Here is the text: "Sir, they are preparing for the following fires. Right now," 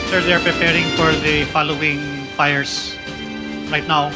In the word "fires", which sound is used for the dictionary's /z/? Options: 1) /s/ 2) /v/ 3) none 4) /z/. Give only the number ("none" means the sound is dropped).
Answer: 1